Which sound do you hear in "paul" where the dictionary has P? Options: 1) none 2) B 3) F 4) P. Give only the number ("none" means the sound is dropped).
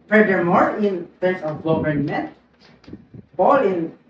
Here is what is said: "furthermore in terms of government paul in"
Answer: 2